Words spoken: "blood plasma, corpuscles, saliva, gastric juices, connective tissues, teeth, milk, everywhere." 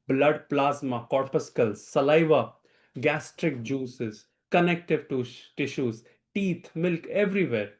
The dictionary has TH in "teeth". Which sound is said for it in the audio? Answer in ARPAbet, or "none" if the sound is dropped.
T